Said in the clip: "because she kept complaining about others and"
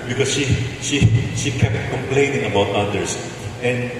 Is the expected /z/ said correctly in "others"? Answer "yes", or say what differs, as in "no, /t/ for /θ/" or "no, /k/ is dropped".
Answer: no, /s/ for /z/